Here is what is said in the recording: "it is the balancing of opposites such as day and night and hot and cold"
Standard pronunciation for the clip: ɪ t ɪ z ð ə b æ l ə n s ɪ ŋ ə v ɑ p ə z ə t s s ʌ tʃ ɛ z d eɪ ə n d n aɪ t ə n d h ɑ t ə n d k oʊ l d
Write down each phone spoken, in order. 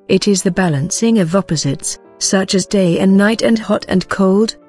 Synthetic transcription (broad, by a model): ɪ t ɪ z ð ə b æ l ə n s ɪ ŋ ə v ɑ p ə z ə t s s ʌ tʃ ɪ z d eɪ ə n n aɪ t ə n h ɑ t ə n k oʊ l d